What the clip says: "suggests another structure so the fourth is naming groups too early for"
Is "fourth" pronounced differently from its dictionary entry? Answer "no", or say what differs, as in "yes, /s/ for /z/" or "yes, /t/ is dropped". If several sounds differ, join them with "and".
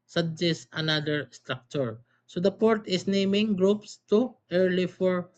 yes, /p/ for /f/ and /t/ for /θ/